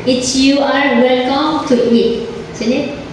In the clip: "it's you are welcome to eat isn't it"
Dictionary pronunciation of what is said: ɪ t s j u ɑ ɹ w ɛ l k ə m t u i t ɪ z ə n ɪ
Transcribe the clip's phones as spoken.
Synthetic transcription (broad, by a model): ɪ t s j u ɑ ɹ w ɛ l k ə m t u i t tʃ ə l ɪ